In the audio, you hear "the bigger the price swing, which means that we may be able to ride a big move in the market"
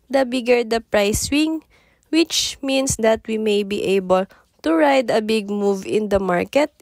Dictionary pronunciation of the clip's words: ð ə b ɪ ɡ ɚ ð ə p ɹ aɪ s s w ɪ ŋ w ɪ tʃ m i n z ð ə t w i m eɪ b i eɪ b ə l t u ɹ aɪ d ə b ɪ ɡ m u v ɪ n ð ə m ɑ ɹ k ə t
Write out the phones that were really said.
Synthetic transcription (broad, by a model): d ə b ɪ ɡ ɚ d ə p ɹ aɪ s s w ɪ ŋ w ɪ tʃ m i n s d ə t w i m eɪ b i eɪ b ə l t u ɹ aɪ d ə b ɪ ɡ m u v ɪ n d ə m ɑ ɹ k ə t